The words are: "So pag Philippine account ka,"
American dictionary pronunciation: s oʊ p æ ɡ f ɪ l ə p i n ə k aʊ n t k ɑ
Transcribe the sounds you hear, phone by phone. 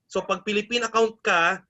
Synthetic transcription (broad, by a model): s oʊ p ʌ ɡ p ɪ l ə p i n ə k aʊ n t k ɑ